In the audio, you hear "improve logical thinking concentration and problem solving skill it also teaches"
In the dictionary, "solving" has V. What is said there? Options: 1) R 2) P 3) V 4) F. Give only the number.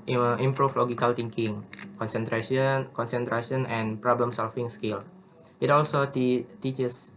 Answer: 4